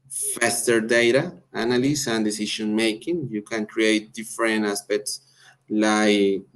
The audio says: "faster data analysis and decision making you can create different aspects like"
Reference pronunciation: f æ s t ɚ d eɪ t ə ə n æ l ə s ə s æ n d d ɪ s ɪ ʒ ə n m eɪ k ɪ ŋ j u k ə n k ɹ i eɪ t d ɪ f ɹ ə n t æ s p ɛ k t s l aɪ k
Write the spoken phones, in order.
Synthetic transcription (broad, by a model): f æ s t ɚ d eɪ t ə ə n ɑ l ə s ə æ n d d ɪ s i ʃ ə n m eɪ k ɪ ŋ j u k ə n k ɹ i eɪ t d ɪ f ɹ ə n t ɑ s p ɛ k t s l aɪ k